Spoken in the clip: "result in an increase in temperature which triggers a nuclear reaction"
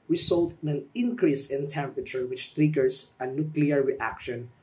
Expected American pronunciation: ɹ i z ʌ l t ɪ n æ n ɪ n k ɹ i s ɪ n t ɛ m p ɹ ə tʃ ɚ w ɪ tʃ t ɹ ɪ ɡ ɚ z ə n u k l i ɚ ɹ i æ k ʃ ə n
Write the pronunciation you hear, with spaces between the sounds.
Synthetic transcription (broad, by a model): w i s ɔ l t ɪ n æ n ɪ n k ɹ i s ɪ n t ɛ m p ɹ ə tʃ ɚ w ɪ tʃ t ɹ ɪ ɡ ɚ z ə n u k l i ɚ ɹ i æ k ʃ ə n